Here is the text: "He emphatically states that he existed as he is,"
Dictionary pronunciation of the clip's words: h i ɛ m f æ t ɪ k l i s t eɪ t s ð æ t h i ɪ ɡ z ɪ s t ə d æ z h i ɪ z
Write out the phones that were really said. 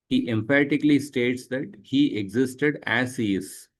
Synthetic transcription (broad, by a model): h i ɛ m p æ t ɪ k l i s t eɪ t s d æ t h i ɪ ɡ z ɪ s t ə d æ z h i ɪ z